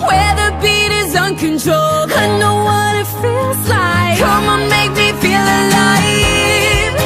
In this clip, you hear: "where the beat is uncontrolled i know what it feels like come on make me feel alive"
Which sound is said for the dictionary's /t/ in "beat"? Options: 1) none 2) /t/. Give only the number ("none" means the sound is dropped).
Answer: 2